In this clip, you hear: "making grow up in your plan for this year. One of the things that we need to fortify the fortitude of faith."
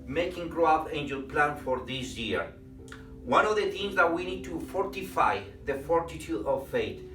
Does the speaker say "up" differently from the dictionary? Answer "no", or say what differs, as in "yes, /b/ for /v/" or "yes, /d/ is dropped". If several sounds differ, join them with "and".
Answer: yes, /f/ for /p/